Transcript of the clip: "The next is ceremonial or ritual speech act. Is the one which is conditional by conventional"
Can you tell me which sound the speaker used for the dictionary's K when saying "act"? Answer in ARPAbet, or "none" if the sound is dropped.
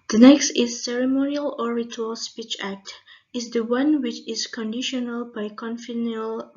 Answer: K